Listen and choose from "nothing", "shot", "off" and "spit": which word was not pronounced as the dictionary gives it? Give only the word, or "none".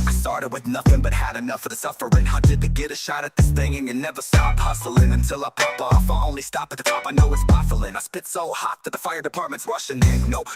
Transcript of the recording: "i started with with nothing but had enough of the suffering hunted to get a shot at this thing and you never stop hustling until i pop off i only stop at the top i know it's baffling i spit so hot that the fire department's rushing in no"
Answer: none